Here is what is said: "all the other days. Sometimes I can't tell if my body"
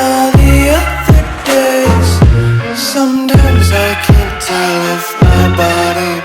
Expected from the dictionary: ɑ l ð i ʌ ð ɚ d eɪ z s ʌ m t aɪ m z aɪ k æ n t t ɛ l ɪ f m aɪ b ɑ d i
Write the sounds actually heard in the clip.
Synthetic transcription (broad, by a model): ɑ ð i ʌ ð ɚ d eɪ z s ʌ m t aɪ m z aɪ k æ n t t ɛ l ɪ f m aɪ b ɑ d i